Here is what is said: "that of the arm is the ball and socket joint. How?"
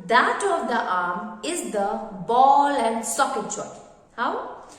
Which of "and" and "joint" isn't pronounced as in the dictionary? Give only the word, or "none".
joint